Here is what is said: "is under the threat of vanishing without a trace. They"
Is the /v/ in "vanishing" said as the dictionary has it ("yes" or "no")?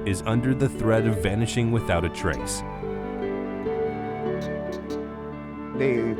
yes